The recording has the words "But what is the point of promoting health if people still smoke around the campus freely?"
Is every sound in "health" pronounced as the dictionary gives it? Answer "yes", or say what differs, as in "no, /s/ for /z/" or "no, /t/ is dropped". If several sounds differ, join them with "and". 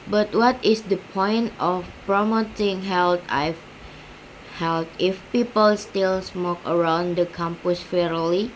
no, /t/ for /θ/